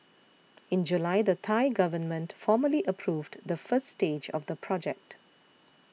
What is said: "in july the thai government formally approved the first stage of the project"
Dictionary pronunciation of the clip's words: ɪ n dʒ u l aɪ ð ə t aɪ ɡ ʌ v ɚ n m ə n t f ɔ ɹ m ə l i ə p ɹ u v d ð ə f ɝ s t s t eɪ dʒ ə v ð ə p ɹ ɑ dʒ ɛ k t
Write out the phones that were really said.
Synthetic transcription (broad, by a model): ɪ n dʒ u l aɪ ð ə t aɪ ɡ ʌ v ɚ n m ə n t f ɔ m ə l i ə p ɹ u v d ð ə f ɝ s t s t eɪ dʒ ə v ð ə p ɹ ɑ dʒ ɛ k t